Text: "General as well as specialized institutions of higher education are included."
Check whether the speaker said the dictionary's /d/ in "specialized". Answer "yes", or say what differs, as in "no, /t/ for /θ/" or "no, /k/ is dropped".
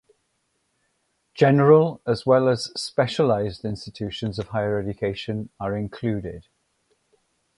yes